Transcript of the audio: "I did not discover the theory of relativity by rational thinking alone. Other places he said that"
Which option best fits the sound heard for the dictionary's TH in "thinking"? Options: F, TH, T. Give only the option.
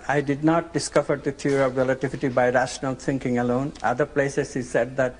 T